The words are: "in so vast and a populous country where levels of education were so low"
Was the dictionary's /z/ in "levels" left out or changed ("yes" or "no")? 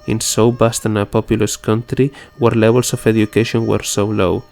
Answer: yes